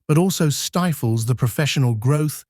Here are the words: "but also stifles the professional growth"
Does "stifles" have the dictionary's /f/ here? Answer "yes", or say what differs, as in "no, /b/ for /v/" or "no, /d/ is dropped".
yes